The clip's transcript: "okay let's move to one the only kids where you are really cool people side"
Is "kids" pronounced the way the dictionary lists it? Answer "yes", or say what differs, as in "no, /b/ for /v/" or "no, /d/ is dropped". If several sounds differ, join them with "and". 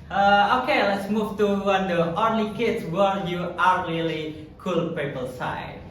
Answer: no, /s/ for /z/